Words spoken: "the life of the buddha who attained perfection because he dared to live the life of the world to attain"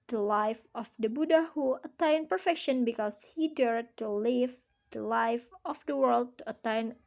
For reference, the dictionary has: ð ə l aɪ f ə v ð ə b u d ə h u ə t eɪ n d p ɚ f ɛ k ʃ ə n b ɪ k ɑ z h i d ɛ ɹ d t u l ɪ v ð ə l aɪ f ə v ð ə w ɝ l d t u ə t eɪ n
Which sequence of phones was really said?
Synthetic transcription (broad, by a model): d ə l aɪ f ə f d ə b u d ə h u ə t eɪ n p ɚ f ɛ k ʃ ə n b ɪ k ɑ s h i d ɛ ɹ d t u l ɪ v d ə l aɪ f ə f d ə w ɝ l d t u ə t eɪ n